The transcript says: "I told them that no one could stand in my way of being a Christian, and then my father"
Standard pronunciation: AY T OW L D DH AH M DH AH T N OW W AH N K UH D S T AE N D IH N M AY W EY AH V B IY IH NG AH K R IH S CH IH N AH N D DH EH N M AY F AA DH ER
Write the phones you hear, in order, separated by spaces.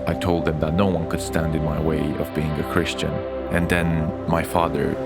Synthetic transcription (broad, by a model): AY T OW L D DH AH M DH AH T N OW W AH N K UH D S T AE N D IH N M AY W EY AH V B IY IH NG AH K R IH S CH IH N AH N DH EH N M AY F AA DH ER